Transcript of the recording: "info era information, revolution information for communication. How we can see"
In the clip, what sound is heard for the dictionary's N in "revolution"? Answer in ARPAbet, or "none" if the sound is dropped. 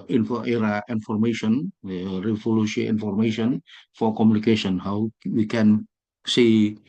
none